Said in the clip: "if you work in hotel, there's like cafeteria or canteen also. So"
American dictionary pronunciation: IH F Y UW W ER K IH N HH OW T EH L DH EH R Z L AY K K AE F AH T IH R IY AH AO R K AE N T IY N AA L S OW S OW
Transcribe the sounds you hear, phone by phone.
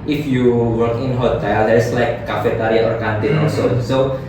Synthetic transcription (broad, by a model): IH F Y UW W ER K IH N HH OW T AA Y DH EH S L AY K K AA F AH T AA R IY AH AO R K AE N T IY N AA S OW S OW